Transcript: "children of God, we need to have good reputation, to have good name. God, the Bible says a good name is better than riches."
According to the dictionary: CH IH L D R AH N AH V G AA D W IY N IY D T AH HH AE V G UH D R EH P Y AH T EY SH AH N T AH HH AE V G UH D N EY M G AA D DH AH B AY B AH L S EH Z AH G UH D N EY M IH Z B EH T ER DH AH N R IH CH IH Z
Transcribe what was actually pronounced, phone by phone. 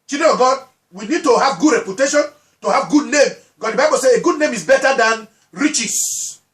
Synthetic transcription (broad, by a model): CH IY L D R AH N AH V G AA D W IY N IY D T AH HH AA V G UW D R EH P Y AH T EY SH AH N T AH HH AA V G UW D N EY M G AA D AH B AY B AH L S EH AH G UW D N EY M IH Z B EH T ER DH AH N R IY CH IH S